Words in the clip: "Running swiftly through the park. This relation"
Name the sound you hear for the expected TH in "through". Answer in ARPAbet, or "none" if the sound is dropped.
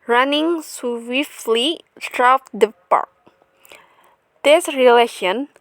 S